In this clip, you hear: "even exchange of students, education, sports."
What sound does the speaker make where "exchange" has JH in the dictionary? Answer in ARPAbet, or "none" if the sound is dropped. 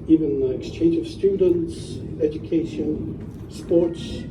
JH